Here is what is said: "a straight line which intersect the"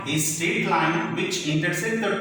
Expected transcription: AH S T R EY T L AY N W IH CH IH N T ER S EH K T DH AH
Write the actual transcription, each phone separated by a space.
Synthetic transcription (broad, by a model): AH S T EY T L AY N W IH CH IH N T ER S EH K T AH